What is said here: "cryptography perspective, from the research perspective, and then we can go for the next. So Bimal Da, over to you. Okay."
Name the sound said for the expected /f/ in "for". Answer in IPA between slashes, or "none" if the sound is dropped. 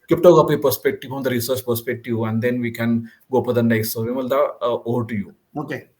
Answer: /p/